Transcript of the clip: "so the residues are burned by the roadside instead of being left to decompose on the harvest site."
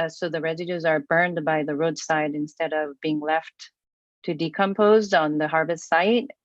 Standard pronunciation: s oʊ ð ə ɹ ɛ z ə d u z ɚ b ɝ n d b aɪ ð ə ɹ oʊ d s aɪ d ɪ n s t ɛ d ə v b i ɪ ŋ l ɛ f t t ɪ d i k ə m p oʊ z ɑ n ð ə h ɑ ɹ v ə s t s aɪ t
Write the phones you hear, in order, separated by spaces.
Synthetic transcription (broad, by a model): s oʊ ð ə ɹ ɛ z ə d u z ɚ b ɝ n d b aɪ ð ə ɹ oʊ d s aɪ d ɪ n s t ɛ d ə v b i ɪ ŋ l ɛ f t t ɪ d i k ə m p oʊ z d n ð ə h ɑ ɹ v ə s t s aɪ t